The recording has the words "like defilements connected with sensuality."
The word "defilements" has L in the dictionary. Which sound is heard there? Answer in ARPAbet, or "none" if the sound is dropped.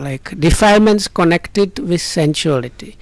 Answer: none